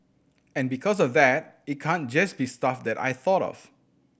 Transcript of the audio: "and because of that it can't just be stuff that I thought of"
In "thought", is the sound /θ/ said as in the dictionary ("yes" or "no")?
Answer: yes